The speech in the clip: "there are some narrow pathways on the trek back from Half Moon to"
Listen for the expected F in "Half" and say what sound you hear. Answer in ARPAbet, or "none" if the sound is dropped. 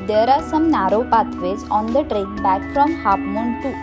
P